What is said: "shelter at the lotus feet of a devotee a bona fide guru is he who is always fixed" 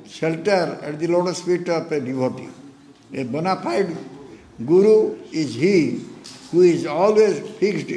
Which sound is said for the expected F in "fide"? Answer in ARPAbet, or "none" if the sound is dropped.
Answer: P